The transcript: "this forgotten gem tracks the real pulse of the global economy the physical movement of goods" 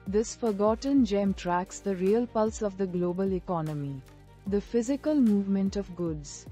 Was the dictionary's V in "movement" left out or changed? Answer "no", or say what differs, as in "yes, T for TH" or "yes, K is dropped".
no